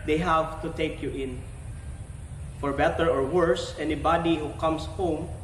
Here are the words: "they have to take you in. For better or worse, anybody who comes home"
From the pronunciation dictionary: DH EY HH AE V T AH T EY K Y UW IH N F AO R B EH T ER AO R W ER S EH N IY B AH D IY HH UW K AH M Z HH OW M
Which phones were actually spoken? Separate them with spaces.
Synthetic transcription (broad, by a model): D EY HH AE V T AH T EY K Y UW IH N F AO R B EH T ER AO R W ER S EH N IY B AH D IY HH UW K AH M S HH OW M